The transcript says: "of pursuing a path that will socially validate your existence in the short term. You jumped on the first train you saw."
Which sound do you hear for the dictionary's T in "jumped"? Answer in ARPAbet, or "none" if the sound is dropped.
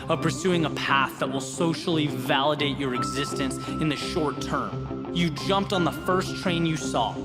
T